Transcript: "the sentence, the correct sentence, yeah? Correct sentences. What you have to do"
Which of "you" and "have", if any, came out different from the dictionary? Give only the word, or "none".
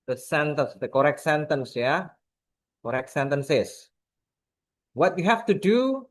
have